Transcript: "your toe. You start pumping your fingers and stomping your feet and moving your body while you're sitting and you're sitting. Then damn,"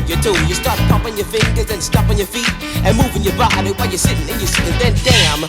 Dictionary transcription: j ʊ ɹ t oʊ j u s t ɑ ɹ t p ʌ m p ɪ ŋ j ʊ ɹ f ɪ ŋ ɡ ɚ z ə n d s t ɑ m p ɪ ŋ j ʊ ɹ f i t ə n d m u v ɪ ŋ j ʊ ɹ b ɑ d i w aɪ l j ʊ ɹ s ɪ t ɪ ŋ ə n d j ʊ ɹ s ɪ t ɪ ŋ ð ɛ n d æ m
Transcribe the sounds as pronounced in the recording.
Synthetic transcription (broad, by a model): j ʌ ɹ t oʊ j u s t ɑ ɹ t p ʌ p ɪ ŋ j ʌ ɹ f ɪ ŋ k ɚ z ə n s t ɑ p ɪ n j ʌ ɹ f i t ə n m u v ɪ ŋ j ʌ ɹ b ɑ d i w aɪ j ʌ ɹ s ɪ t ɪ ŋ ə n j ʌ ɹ s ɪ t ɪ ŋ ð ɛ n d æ m